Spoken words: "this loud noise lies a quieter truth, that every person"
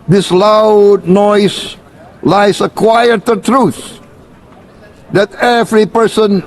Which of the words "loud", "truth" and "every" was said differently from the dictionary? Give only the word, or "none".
none